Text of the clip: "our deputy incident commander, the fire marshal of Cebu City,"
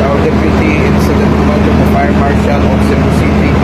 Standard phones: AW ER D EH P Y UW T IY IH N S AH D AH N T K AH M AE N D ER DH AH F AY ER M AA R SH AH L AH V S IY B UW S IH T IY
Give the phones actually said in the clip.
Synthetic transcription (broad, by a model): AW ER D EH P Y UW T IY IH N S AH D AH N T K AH AH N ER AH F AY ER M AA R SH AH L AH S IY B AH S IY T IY